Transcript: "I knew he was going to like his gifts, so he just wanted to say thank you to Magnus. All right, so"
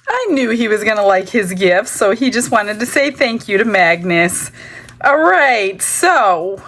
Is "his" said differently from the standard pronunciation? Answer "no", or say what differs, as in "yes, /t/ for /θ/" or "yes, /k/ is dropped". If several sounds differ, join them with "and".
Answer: no